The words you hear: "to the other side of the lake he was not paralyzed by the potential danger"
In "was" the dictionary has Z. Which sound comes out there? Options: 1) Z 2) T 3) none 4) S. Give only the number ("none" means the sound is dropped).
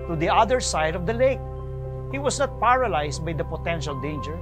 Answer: 4